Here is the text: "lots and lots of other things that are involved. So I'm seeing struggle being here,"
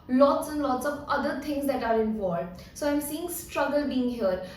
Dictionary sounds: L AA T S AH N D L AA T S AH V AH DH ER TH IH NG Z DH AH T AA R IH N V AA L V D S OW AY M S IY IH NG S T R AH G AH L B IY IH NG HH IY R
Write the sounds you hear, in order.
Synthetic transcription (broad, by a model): L AA T S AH N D L AA T S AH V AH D ER T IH NG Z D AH T AA R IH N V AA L D S OW AY M S IY IH NG S T R AH G AH L B IY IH NG HH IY R